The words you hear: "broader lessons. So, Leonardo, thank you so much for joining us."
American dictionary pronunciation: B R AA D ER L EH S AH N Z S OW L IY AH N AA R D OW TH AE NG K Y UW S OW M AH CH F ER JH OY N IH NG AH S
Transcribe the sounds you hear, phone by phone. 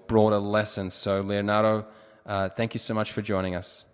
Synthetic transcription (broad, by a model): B R AA D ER L EH S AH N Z S OW L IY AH N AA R D OW TH AE NG K Y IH S OW M AH CH F ER JH OY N IH NG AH S